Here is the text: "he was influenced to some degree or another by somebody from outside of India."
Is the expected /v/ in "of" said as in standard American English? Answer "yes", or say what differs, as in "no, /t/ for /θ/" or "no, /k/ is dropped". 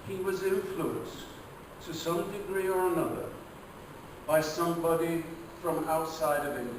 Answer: yes